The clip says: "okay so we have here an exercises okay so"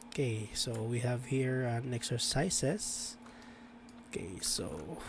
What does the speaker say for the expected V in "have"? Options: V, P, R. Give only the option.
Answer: V